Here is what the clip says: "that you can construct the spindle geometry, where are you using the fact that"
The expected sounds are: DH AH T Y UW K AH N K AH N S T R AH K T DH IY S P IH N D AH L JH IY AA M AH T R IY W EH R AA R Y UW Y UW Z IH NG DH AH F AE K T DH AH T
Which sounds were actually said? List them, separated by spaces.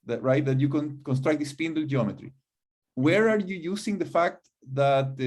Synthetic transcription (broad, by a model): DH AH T Y UW K AH N K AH N S T R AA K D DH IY S P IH N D L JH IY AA M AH T R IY W EH R AA R Y UW Y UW S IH NG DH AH F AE K T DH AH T